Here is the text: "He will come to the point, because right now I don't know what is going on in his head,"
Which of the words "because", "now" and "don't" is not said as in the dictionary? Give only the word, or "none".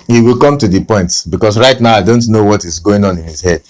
because